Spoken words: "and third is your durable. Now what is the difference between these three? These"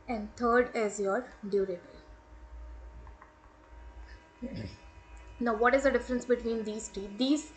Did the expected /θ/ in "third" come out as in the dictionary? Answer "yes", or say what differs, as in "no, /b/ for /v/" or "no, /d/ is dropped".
no, /t/ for /θ/